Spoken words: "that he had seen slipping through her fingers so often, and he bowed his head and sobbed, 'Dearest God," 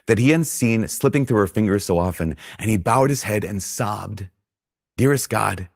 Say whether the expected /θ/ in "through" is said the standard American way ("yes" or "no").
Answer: yes